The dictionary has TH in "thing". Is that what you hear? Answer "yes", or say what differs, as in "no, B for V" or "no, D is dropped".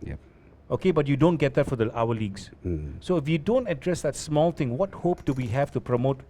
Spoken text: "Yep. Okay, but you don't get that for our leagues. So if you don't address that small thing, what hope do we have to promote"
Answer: no, T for TH